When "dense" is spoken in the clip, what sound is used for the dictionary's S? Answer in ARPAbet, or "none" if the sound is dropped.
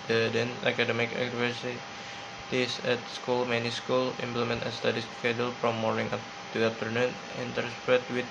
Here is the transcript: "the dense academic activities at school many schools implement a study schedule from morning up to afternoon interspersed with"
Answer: none